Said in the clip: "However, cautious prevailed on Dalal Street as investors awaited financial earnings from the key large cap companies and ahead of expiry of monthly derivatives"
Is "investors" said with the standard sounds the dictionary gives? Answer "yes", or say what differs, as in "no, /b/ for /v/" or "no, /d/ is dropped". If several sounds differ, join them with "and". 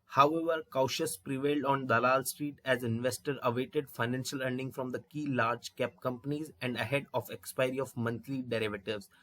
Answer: no, /z/ is dropped